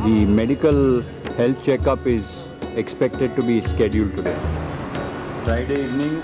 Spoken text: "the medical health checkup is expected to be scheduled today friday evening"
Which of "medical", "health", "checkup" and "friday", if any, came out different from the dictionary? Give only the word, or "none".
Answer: health